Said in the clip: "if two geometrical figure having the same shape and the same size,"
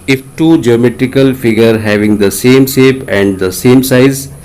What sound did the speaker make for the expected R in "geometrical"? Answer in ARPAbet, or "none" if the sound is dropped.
R